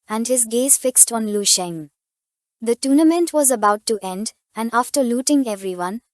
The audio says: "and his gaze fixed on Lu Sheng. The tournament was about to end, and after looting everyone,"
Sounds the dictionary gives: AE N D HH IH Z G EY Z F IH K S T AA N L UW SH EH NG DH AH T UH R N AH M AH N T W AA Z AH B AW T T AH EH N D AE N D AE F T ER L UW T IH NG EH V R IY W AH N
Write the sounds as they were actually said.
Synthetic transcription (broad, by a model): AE N D HH IH Z G EY Z F IH K S T AA N L UW SH EH NG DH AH T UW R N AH M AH N T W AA Z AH B AW T T EH N D AE N D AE F T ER L UW T IH NG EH V R IY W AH N